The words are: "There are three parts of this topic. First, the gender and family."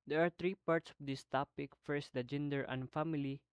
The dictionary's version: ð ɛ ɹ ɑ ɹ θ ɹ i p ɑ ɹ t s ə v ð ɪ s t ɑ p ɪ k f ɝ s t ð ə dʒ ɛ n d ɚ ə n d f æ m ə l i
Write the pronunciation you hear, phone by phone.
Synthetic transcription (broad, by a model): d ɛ ɹ ɑ ɹ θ ɹ i p ɑ ɹ t s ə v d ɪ s t ɑ p ɪ k f ɝ s t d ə dʒ ɛ n d ɚ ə n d f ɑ m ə l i